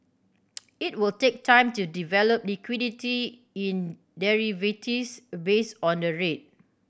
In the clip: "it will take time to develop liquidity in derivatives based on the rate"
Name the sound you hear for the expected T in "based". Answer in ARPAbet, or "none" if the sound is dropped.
none